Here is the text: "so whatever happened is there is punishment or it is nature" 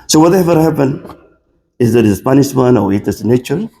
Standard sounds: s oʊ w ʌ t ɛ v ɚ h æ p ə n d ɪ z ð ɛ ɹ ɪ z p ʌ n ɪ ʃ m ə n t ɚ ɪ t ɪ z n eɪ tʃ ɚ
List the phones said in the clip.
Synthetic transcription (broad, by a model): s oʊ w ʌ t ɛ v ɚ h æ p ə n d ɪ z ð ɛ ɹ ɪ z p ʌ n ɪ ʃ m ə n ɚ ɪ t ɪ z n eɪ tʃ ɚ